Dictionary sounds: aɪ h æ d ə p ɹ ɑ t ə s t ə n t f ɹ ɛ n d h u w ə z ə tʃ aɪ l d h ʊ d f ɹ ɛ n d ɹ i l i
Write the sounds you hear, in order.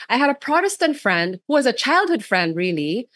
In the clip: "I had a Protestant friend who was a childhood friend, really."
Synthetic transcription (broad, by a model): aɪ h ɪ d ə p ɹ ɑ t ə s t ə n t f ɹ ɛ n d h u w ə z ə tʃ aɪ l d h ʊ d f ɹ ɛ n d ɹ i l i